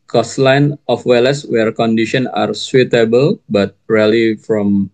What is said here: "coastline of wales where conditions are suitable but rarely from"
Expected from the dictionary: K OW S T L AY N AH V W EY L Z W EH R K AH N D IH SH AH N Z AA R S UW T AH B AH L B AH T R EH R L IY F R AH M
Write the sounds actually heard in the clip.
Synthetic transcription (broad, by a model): K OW S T L AY N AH F W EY L S W EH R K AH N D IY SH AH N AA R S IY T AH B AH L B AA T R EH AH L IY F R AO M